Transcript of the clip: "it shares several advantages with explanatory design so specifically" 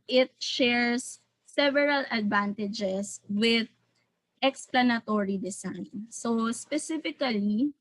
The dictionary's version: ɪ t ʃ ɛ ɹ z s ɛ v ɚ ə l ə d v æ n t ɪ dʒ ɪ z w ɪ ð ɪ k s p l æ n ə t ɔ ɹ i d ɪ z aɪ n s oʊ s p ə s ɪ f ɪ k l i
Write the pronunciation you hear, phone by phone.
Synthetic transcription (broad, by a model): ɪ t ʃ ɛ ɹ s ɛ v ɚ ə l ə d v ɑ n t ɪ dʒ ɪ s w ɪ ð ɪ k s p l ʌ n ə t ɔ ɹ i d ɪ s aɪ n s oʊ s p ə s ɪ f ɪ k l i